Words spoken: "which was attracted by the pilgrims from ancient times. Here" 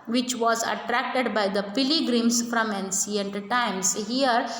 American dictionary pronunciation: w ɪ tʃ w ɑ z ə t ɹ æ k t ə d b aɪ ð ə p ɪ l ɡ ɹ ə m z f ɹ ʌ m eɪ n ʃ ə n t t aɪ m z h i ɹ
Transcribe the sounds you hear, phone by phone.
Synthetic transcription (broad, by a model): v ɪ tʃ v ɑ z ə t ɹ æ k t ə d b aɪ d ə p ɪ l ɡ ɹ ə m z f ɹ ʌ m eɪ n s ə n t t aɪ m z h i ɹ